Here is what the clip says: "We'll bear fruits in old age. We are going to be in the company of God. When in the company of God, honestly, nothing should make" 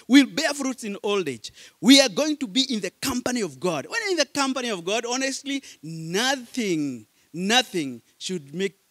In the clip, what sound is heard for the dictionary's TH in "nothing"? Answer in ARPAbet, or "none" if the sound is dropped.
TH